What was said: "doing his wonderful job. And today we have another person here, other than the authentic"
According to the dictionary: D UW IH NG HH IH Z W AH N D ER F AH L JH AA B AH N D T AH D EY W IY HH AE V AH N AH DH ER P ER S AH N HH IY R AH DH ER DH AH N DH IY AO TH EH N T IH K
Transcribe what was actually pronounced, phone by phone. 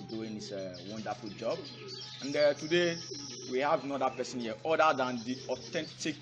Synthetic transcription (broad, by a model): D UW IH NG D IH S W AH N D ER F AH L JH AA B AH N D T AH D EY W IY HH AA V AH N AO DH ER P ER S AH N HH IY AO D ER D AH N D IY AO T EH N T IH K